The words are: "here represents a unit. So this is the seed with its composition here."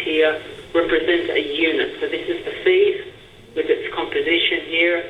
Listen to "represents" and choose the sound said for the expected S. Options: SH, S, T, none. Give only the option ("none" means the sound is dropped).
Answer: none